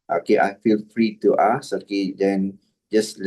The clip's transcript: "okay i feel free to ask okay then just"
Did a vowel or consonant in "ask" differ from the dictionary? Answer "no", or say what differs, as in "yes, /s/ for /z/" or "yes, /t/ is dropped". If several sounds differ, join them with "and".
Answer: yes, /k/ is dropped